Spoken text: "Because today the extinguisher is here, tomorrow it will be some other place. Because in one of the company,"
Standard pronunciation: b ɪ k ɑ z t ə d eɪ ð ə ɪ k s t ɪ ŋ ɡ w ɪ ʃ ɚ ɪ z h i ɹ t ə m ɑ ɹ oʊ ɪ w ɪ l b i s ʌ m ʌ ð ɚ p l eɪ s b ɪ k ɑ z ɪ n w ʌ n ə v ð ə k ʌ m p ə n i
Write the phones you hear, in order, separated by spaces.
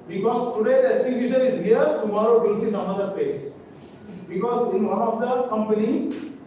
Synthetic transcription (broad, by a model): b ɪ k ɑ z t ə d eɪ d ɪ s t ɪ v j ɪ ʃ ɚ ɪ z h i ɹ t ə m ɑ ɹ oʊ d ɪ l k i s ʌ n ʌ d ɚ p l eɪ s b ɪ k ɑ z ɪ n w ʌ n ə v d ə k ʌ m p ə n i